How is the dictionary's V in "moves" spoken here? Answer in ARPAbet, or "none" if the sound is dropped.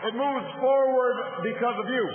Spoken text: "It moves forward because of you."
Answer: V